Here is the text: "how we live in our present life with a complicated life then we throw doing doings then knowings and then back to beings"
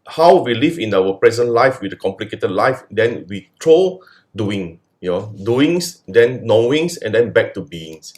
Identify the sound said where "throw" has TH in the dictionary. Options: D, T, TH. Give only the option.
T